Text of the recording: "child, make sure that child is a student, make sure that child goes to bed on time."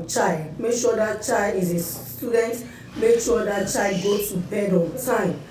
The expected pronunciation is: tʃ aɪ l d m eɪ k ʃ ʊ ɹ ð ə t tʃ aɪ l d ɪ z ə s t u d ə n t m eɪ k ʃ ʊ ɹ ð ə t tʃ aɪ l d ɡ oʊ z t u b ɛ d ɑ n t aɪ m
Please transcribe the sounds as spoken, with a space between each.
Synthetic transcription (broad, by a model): tʃ aɪ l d m eɪ k ʃ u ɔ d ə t tʃ aɪ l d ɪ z ə s t u d ə n t m eɪ k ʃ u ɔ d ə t tʃ aɪ l d ɡ oʊ t u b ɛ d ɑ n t aɪ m